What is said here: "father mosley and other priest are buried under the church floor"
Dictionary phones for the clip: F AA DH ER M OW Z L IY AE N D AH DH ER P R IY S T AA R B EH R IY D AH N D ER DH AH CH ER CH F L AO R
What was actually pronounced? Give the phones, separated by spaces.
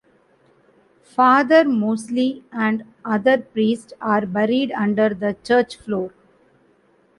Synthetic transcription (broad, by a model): F AA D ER M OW S L IY AE N D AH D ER P R IY S T AA R B EH R IY D AH N D ER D AH CH ER CH F L AO R